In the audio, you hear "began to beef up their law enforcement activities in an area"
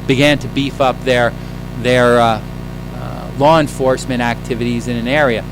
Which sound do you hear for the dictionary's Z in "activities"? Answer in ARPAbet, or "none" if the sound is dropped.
Z